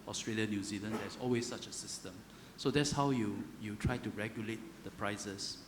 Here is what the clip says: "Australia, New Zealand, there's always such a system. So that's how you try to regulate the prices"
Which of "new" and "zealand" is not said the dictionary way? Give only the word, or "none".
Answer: none